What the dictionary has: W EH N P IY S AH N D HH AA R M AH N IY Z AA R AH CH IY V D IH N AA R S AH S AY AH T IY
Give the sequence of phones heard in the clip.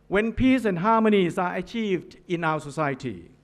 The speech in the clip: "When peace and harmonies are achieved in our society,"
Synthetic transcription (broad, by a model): W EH N P IY S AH N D HH AA M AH N IY S AA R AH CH IY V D IH N AA W S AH S AY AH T IY